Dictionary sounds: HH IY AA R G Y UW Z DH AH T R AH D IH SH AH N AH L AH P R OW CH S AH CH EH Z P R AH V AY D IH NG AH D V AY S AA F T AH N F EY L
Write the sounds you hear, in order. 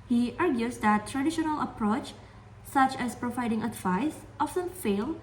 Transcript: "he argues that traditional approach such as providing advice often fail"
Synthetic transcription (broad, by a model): HH IY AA R G Y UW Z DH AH T R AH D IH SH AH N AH L AH P R OW CH S AH CH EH S P R AH V AY D IH NG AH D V AY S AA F S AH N F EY L